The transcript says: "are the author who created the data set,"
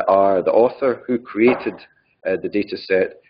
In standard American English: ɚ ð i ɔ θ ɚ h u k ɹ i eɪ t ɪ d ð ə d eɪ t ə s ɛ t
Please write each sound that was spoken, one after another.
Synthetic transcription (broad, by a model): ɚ ð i ɔ θ ɚ h u k ɹ i eɪ t ɪ d ð ə d eɪ t ə s ɛ t